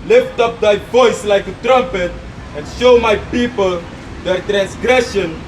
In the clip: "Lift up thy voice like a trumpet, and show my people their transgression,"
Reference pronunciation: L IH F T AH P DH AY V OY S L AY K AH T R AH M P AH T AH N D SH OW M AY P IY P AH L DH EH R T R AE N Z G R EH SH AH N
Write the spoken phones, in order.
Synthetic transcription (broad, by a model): L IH F T AH P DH AY V OY S L AY K AH T R AH M P AH T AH N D SH OW M AY P IY P AH L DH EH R T R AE N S G R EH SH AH N